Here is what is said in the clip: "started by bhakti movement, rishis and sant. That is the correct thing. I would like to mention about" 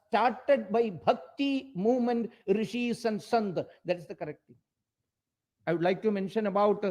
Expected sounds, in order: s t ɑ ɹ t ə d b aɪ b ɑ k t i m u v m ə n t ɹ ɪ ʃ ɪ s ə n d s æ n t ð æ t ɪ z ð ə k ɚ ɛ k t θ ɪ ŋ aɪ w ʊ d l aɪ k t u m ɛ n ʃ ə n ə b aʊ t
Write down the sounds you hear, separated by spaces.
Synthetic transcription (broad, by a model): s t ɑ ɹ t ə d b aɪ b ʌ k t i m u v m ə n t ɹ ɪ ʃ ɪ s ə n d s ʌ n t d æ t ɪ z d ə k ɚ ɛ k t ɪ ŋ aɪ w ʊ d l aɪ k t u m ɛ n ʃ ə n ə b aʊ t